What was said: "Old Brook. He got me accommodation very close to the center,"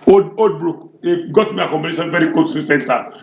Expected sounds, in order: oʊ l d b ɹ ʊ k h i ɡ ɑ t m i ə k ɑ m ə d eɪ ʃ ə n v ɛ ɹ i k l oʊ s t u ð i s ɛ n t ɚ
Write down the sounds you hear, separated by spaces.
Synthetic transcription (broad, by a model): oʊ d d b ɹ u k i ɡ ɑ t m i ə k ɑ m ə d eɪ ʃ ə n v ɛ ɹ i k oʊ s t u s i s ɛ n t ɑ